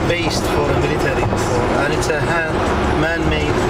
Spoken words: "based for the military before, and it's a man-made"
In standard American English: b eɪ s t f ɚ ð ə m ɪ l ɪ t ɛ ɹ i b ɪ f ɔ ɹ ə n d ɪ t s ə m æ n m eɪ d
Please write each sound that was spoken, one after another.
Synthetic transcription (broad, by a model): b eɪ s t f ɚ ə m ɪ l ɪ t ɛ ɹ i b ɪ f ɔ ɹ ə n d ɪ t s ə m æ n m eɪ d